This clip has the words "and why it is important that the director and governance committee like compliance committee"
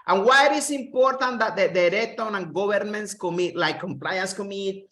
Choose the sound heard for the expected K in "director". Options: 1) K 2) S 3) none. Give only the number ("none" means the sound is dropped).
3